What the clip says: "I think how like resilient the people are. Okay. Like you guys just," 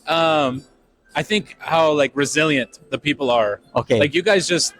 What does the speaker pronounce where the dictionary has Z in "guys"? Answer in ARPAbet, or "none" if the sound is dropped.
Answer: Z